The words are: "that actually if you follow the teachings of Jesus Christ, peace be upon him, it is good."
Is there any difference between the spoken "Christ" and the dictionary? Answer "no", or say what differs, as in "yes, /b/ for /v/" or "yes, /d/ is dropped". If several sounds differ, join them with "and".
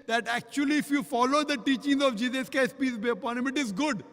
yes, /ɹ/ is dropped